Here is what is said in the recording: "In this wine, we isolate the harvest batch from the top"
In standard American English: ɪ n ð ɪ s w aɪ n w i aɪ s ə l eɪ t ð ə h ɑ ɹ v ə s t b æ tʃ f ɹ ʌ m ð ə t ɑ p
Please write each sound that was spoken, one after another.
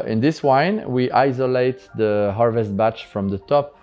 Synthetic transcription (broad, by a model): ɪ n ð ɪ s w aɪ n w i aɪ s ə l eɪ t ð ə h ɑ ɹ v ə s t b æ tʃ f ɹ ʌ m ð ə t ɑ p